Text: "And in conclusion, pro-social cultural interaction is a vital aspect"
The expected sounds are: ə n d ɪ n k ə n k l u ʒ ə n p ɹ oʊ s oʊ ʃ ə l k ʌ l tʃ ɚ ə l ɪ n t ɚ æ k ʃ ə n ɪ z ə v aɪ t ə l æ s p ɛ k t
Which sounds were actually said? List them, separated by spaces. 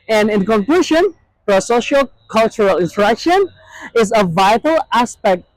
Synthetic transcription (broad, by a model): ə n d ɪ n k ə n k l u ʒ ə n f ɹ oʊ s oʊ ʃ ə l k ʌ l tʃ ɚ ə l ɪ n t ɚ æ k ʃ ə n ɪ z ə v aɪ t ə l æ s p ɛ k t